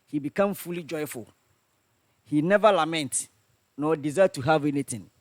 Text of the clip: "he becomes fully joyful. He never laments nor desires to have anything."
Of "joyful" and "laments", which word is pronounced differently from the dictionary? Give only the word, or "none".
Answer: laments